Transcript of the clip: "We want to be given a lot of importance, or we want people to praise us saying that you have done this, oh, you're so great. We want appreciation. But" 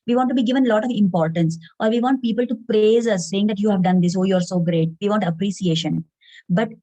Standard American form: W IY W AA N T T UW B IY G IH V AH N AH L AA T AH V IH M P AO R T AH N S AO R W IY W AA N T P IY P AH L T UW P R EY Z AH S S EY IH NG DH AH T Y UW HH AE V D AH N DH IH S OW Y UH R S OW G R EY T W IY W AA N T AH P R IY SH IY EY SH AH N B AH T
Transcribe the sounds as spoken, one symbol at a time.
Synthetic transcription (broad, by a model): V IY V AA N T T UW B IY G IH V AH N L AA T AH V IH M P AO R T AH N S AO R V IY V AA N T P IY P AH L T UW P R EY Z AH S S EY IH NG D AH T Y UW HH AE V D AH N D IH S OW Y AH R S OW G R EY T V IY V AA N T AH P R IY S IY EY SH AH N B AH T